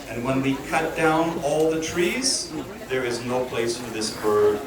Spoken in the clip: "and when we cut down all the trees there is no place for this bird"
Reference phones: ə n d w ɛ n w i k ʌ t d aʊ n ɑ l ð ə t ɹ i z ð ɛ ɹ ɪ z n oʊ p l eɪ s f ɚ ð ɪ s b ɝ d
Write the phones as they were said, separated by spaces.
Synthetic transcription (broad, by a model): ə n w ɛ n w i k ʌ t d aʊ n ɑ l ð ə t ɹ i z ð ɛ ɹ ɪ z n oʊ p l eɪ s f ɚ ð ɪ s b ɝ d